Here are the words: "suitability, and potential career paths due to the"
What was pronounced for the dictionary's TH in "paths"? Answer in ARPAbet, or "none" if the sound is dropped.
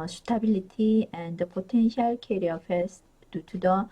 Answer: F